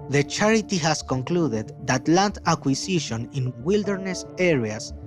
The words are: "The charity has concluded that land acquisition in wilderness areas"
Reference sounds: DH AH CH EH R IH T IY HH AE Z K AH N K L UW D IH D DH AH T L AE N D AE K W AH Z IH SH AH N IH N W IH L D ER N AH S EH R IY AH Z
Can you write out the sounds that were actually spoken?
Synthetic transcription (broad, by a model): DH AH CH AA R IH T IY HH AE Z K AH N K L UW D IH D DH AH T L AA N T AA K W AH S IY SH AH N IH N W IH L D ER N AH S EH R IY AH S